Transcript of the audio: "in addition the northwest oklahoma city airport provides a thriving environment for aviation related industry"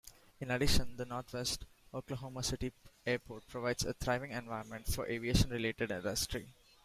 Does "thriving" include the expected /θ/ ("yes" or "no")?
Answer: no